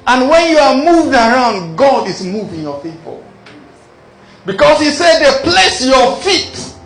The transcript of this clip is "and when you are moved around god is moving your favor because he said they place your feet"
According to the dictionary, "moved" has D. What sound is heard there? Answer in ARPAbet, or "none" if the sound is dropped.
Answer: D